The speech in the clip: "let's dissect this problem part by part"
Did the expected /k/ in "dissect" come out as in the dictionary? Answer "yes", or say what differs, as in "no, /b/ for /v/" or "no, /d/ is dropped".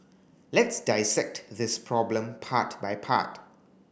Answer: yes